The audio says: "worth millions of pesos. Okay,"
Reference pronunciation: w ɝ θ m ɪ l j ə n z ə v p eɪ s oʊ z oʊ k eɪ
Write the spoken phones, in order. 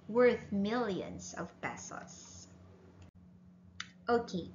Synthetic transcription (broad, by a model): w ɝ θ m ɪ l j ə n z ə v b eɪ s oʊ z oʊ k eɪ